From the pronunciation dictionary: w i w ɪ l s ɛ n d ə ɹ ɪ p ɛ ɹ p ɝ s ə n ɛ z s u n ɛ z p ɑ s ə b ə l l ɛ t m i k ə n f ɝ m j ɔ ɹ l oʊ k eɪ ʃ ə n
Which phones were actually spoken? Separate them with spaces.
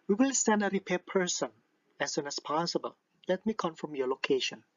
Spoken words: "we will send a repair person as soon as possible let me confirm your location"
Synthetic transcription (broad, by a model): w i w ɪ l s ɛ n d ə ɹ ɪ p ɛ p ɝ s ə n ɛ s u n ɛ s p ɑ s ə b ə l l ɛ t m i k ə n f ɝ m j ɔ l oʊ k eɪ ʃ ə n